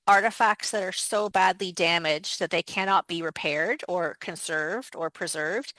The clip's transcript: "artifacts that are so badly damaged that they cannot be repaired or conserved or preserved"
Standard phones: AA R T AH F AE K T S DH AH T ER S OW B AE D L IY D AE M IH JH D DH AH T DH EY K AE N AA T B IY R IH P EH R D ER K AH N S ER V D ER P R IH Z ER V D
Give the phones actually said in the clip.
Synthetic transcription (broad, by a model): AA R T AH F AE K T S DH AH T ER S OW B AE D L IY D AE M IH JH DH AH T DH EY K AE N AA T B IY R IH P EH R D ER K AH N S ER V D ER P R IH Z ER V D